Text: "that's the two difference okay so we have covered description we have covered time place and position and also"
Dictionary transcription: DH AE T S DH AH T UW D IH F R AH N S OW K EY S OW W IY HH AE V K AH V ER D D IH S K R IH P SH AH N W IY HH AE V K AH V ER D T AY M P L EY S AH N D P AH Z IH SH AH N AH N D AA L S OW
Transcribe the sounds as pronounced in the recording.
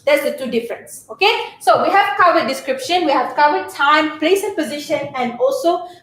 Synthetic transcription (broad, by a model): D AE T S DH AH T UW D IH F R AH N S OW K EY S OW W IY HH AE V K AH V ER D D IH S K R IH P SH AH N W IY HH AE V K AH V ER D T AY M P L EY S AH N P AH Z IH SH AH N AH N D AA L S OW